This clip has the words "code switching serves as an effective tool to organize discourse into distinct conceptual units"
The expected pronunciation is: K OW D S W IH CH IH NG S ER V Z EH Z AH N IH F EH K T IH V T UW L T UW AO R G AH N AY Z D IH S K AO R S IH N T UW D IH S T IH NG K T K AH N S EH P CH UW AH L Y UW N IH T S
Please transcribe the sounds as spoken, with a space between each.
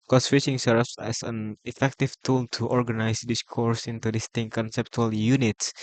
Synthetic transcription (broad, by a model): K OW S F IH SH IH NG S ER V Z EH S AH N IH F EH K T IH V T UW L T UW AO R G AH N AY S D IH S K AO R S IH N T UW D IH S T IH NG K K AH N S EH P CH UW AH L Y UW N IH T S